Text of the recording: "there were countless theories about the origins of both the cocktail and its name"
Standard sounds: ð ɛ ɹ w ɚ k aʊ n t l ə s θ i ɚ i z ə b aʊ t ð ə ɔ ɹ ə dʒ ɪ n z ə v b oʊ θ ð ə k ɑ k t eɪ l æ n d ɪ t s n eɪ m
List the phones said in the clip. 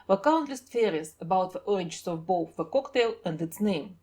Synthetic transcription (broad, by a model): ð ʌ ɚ k aʊ n t l ə s t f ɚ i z ə b aʊ t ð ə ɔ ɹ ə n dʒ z ə v b oʊ θ ð ə k ɑ k t eɪ l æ n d ɪ t s n eɪ m